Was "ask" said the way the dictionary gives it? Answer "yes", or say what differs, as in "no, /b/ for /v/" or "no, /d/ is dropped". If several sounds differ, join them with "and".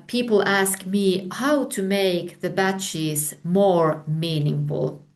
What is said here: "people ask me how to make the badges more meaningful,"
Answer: yes